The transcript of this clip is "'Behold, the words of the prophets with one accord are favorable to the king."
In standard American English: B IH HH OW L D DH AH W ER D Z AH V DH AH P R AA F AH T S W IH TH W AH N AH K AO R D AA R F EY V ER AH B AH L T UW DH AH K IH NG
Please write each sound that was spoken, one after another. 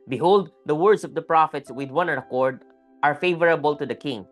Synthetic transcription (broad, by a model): B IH HH OW L D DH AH W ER D S AH V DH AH P R AA F AH T S W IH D W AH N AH K AO R D AA R F EY V ER AH B AH L T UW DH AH K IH NG